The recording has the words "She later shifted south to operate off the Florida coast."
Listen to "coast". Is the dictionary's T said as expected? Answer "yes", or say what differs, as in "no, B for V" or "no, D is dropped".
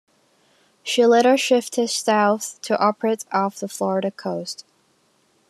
yes